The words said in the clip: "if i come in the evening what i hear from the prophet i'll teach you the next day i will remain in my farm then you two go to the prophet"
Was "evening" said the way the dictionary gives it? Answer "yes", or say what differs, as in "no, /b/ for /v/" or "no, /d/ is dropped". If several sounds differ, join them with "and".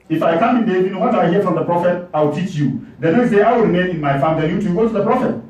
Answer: no, /v/ is dropped